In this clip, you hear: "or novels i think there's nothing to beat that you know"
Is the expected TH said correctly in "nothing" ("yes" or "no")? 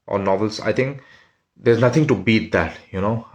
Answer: no